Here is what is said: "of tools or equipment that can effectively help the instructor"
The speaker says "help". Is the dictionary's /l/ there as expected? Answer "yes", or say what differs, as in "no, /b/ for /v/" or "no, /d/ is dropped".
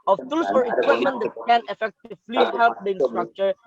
yes